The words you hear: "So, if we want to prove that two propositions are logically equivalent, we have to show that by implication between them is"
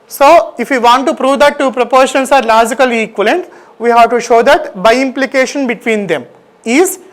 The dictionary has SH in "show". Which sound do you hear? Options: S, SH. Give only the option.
SH